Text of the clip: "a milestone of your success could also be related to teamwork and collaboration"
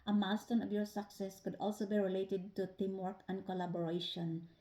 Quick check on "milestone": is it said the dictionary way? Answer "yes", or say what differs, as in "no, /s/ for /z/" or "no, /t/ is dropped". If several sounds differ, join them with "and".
no, /l/ is dropped